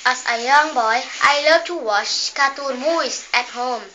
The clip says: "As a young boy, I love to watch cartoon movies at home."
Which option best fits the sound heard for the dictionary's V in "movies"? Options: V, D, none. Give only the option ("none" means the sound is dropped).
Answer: none